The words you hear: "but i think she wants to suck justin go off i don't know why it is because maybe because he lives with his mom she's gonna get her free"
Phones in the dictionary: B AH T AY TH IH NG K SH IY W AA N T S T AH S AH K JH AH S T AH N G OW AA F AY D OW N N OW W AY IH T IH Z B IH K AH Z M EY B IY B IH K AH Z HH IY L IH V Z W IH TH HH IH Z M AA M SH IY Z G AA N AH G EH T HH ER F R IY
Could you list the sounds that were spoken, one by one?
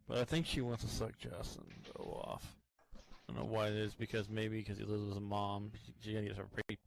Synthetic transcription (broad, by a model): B AH T AY TH IH NG K SH IY W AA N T T AH S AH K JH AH S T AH N G OW AA F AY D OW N N OW W AY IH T IH Z B IH K AH Z M EY IY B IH K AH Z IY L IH Z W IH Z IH M AA M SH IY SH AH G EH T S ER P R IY